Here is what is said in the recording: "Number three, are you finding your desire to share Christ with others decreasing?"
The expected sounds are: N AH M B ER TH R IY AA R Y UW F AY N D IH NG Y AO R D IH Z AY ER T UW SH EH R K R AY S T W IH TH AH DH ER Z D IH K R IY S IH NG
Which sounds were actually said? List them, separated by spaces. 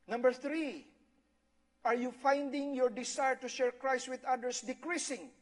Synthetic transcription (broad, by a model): N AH M B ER TH R IY AA R Y UW F AY N D IH NG Y AO R D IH S AY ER T UW SH EH R K R AY S T W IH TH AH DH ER S D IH K R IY S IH NG